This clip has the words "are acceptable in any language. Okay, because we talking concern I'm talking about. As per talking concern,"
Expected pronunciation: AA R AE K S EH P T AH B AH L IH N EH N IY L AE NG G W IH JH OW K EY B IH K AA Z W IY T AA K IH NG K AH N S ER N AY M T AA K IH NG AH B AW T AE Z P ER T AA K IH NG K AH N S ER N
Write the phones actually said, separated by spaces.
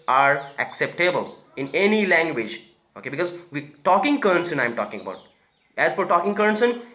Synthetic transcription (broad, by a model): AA R AE K S EH P T AH B AH L IH N EH N IY L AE NG G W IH JH OW K EY B IH K AA Z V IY T AA K IH NG K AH N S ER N AY M T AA K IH NG AH B AW T AE Z F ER T AA K IH NG K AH N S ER N